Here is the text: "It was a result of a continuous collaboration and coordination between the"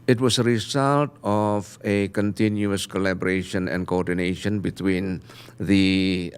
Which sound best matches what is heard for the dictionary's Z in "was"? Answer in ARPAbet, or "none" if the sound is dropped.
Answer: S